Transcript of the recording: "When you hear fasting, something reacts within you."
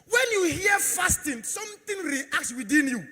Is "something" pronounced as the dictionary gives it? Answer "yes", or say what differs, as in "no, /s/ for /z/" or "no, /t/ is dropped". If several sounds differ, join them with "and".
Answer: no, /t/ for /θ/